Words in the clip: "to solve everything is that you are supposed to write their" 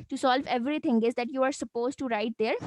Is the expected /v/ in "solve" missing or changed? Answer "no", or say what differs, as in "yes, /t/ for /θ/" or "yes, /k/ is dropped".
no